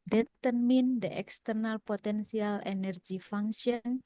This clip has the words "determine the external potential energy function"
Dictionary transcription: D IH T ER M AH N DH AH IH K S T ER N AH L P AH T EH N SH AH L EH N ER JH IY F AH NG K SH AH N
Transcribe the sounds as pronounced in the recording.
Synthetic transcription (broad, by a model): D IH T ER M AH N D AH IH K S T ER N AH L P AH T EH N S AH L EH N ER JH IY F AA NG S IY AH N